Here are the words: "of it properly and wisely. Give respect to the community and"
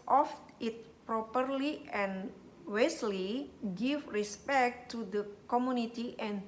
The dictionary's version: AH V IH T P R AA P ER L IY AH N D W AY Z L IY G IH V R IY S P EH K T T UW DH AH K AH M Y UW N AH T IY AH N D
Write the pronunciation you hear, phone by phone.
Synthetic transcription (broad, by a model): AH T IH T P R AA P ER L IY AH N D W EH S L IY G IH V R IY S P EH K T T UW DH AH K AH M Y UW N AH T IY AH N